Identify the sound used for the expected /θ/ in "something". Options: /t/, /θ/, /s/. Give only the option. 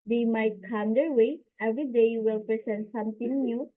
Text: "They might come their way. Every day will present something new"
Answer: /t/